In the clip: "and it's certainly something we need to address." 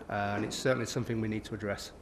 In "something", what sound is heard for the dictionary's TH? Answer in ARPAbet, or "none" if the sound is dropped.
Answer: TH